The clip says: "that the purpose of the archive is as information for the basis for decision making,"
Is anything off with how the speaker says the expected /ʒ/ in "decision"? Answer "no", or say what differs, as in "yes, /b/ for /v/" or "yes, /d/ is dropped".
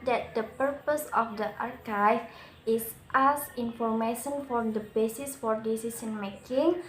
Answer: yes, /s/ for /ʒ/